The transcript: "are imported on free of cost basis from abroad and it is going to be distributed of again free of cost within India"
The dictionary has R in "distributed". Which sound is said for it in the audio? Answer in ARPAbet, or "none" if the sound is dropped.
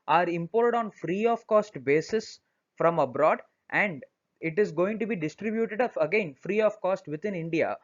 R